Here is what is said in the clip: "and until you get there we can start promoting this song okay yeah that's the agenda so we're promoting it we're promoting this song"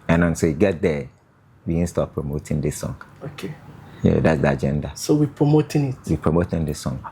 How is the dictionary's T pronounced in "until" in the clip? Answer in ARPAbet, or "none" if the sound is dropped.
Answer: S